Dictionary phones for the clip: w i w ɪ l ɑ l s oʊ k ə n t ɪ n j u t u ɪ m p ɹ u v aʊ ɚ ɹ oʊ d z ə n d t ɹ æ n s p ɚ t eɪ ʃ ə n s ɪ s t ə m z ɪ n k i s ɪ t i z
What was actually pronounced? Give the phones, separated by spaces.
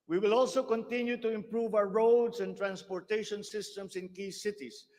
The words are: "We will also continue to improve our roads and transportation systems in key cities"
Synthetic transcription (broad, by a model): w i w ɪ l ɑ l s oʊ k ə n t ɪ n j u t u ɪ m p ɹ u v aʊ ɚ ɹ oʊ d s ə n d t ɹ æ n s p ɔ t eɪ ʃ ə n s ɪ s t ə m s ɪ n k i s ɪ t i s